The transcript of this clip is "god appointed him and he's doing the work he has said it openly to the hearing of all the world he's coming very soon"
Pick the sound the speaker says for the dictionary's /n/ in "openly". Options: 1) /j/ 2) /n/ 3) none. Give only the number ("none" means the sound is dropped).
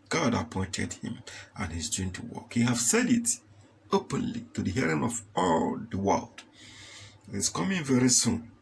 2